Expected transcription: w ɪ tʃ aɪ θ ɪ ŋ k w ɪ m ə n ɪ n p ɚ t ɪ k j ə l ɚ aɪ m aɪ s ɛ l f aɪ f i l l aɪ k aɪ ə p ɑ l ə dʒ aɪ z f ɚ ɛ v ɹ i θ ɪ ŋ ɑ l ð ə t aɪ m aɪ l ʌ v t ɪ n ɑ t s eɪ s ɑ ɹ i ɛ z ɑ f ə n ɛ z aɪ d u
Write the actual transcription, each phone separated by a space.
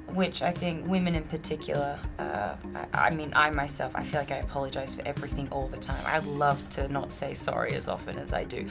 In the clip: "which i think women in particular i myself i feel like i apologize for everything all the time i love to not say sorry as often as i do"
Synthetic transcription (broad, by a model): w ɪ tʃ aɪ θ ɪ ŋ k w ɪ m ə n ɪ n p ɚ t ɪ k j l ɚ aɪ m aɪ s ɛ l f aɪ f i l l aɪ k aɪ ə p ɑ l ə dʒ aɪ z f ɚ ɛ v ɹ i θ ɪ ŋ ɑ l ð ə t aɪ m aɪ l ʌ v t ɪ n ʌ t s eɪ s ɑ ɹ i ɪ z ɑ f ə n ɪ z aɪ d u